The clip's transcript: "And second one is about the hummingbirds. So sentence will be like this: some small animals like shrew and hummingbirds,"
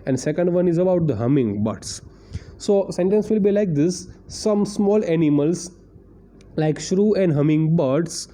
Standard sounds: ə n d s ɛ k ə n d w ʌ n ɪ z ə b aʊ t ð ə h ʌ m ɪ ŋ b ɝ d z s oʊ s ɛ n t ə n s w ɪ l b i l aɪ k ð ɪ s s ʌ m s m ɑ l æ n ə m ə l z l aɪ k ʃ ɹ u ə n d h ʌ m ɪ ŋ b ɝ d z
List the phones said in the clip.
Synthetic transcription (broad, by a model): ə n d s ɛ k ə n d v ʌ n ɪ z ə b aʊ t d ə h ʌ m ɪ ŋ b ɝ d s s oʊ s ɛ n t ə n s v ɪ l b i l aɪ k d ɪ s s ʌ m s m ɑ l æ n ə m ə l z l aɪ k ʃ ɹ u ə n d h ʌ m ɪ ŋ b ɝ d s